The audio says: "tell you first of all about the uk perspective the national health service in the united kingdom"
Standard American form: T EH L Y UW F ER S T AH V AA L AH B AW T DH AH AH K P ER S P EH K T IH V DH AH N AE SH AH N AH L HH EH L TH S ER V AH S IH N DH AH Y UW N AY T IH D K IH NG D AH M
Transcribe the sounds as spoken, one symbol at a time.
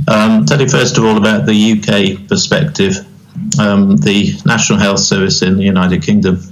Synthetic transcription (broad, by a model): T EH L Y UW F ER S T AH V AA L AH B AW T DH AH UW K P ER S P EH K T IH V DH AH N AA SH AH N AH L HH EH L TH S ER V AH S IH N DH AH Y UW N AY T IH D K IH NG D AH M